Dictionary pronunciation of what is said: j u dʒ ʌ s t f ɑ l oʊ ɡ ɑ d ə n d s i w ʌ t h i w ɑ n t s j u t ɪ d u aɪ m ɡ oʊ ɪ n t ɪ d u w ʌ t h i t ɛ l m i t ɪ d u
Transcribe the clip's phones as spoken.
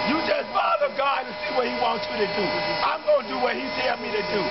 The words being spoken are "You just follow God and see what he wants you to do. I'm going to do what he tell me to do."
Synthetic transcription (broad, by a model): j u dʒ ʌ s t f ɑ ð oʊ ɡ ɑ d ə s i w ʌ t h i w ɑ n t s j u t ɪ d u aɪ m ɡ oʊ ɪ n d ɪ w ʌ t h i s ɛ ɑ m i t ɪ d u